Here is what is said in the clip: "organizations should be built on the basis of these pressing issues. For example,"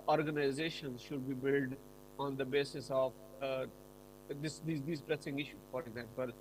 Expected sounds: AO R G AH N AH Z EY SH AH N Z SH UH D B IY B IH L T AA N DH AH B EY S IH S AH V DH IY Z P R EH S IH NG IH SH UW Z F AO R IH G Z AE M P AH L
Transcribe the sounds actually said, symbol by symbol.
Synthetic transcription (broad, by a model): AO R G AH N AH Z EY SH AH N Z SH UH D B IY B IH L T AA N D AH B EY S IH S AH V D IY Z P R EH S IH NG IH SH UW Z F AO R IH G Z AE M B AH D